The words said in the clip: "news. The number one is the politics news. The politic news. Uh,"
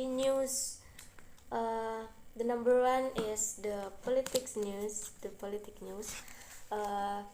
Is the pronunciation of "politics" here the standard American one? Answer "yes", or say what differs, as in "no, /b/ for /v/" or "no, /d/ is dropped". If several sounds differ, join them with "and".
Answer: yes